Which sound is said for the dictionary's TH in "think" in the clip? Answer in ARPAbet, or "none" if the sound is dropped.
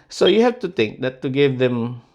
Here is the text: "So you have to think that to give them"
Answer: T